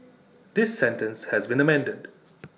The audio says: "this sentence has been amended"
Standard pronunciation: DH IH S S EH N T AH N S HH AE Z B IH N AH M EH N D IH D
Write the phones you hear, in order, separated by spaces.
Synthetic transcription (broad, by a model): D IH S S EH N T AH N S HH AE Z B IH N AH M EH N D IH D